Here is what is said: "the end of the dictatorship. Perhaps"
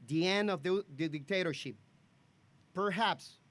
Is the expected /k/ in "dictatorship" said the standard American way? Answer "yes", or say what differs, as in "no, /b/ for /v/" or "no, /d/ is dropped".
yes